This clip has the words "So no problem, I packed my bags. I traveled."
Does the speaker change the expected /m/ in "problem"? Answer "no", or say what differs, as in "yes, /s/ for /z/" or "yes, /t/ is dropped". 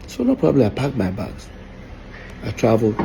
yes, /m/ is dropped